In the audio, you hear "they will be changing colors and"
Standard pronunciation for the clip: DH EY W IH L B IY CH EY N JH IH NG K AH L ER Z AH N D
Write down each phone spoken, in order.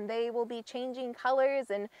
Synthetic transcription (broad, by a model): DH EY W IH L B IY CH EY N JH IH NG K AH L ER Z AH N